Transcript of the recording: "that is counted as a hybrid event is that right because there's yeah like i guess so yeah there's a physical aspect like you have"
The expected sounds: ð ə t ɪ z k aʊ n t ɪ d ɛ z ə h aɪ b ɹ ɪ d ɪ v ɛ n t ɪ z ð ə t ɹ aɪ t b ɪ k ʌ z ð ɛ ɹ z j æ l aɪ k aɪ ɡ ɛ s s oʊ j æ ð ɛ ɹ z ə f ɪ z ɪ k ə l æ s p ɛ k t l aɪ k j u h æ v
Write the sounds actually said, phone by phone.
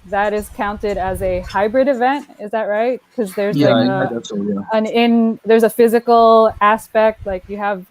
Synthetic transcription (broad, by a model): ð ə t ɪ z k aʊ n t ɪ d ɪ z ə h aɪ b ɹ ɪ d ɪ v ɛ n t ɪ z ð ə t ɹ aɪ t k ʌ z ð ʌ ɹ z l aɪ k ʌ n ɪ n ð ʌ ɹ z ə f ɪ z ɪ k l æ s p ɛ k t l aɪ k j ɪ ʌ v